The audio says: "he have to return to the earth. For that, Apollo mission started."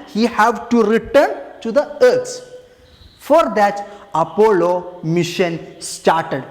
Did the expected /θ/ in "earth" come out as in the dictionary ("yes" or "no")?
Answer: no